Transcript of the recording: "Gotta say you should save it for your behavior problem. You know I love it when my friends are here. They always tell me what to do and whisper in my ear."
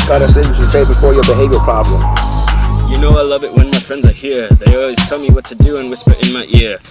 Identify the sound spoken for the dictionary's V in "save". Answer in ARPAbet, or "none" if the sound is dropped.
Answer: B